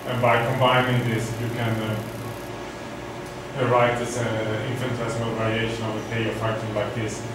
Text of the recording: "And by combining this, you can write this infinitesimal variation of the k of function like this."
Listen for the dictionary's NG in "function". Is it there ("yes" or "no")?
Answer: no